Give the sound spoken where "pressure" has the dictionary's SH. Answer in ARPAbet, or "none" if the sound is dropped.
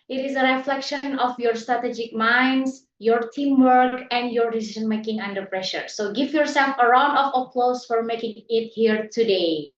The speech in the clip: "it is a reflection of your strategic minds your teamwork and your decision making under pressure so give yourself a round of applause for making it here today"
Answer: SH